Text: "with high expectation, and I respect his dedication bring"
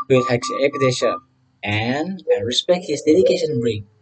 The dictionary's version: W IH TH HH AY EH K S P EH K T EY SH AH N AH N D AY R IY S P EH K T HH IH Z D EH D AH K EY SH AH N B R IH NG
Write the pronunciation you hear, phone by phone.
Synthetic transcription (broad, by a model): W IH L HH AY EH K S EH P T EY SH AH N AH N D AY R IY S P EH K T HH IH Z D EH D AH K EY SH AH N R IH